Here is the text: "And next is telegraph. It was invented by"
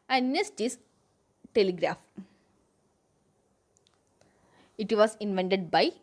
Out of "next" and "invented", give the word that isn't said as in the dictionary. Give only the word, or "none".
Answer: next